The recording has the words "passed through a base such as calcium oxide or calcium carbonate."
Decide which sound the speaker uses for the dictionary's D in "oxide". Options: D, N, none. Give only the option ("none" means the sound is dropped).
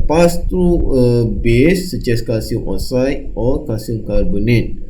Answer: none